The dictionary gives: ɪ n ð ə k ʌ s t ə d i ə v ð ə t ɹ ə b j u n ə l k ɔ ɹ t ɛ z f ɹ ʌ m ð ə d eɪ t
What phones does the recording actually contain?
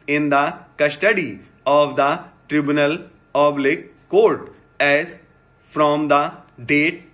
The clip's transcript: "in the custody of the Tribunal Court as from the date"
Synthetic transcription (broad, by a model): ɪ n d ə k ʌ s t ə d i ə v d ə t ɹ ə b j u n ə l k ɔ ɹ t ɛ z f ɹ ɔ m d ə d eɪ t